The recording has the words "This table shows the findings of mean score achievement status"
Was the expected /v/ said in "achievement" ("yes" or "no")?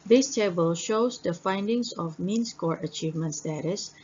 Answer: yes